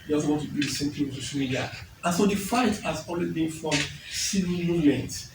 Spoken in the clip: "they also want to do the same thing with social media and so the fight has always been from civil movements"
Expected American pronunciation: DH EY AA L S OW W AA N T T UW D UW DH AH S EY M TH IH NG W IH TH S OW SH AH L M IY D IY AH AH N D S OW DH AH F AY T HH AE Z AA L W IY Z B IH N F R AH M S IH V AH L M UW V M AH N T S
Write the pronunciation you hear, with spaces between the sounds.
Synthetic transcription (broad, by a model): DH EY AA S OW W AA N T T UW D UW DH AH S EY M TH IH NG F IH S OW SH AH L M IY D IY AH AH N S OW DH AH F AY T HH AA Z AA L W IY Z B IH N F R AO M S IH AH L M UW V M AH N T